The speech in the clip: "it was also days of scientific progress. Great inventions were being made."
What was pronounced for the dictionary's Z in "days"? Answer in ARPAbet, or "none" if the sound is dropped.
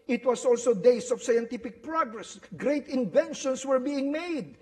S